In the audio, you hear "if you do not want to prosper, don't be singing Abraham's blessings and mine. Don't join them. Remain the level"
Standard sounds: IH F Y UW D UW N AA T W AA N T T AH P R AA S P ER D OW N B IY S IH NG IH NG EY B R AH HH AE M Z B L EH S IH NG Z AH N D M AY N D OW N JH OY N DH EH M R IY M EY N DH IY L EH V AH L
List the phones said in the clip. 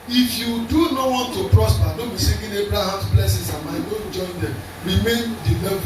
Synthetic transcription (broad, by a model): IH F Y UW D UW N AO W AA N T T AH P R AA S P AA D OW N B IY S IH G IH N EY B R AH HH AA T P L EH S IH Z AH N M AY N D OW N JH OY N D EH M R IY M EY N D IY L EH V